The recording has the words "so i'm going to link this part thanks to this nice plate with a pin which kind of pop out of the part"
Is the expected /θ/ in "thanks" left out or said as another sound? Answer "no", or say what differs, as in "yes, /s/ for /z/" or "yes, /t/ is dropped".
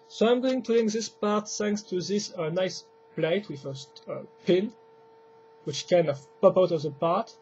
yes, /s/ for /θ/